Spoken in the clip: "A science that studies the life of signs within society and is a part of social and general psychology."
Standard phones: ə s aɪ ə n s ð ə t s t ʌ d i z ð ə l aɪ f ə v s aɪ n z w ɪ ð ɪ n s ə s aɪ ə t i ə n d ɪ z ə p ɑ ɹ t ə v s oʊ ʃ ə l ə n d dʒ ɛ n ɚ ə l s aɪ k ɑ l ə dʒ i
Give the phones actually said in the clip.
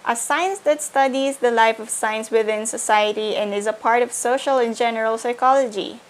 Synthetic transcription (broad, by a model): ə s aɪ ə n s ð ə t s t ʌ d i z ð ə l aɪ f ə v s aɪ n s w ɪ ð ɪ n s ə s aɪ ə t i ə n d ɪ z ə p ɑ ɹ t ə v s oʊ ʃ ə l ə n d dʒ ɛ n ɚ ə l s aɪ k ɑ l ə dʒ i